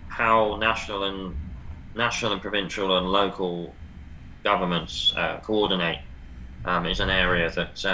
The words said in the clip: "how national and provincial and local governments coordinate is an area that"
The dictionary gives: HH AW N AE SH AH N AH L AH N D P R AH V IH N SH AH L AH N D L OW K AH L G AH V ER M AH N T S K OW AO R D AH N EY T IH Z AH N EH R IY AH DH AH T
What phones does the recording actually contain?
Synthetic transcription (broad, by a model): HH AW N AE SH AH N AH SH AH N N P R AH V IH N SH AH L AH N L OW K AH L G AH V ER M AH N T S K OW AO D N EY T IH Z AH N EH R IY AH DH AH T